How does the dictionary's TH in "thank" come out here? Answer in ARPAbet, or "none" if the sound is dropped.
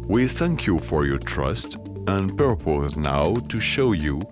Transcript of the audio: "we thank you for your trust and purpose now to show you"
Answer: TH